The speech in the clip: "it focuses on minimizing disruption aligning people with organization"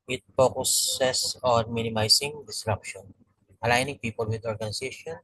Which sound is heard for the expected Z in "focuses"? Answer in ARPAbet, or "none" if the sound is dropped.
S